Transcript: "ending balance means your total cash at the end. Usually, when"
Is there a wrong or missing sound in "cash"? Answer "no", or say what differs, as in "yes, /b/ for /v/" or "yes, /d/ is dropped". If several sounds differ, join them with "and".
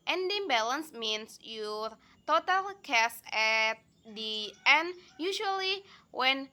yes, /s/ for /ʃ/